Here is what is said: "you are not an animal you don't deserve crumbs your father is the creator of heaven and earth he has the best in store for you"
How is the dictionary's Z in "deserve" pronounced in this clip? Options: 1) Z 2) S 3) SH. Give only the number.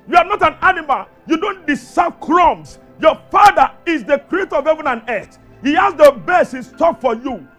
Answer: 2